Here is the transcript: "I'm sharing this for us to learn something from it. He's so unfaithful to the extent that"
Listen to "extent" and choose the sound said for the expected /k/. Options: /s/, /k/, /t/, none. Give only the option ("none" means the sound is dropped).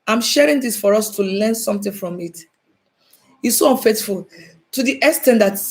none